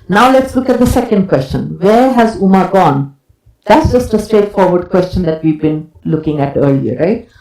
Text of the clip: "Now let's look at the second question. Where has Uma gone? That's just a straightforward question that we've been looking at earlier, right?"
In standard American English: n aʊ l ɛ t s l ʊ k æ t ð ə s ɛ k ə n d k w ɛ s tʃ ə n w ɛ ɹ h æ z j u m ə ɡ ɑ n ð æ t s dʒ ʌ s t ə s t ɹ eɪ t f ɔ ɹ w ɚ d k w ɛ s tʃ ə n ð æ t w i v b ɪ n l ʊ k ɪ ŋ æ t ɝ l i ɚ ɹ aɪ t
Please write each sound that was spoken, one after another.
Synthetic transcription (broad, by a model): n aʊ l ɛ t s l ʊ k æ t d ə s ɛ k ə n d k w ɛ s tʃ ə n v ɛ ɹ h æ z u m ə ɡ ɑ n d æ t s dʒ ʌ s t ə s t ɹ eɪ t f ɔ ɹ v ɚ d k w ɛ s tʃ ə n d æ t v i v b ɪ n l ʊ k ɪ ŋ æ t ɝ l i ɚ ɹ aɪ t